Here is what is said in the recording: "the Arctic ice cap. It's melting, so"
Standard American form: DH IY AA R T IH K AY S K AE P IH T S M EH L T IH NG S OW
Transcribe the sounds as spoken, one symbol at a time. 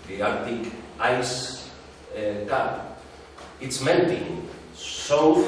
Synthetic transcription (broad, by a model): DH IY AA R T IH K AY S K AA IH T S M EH N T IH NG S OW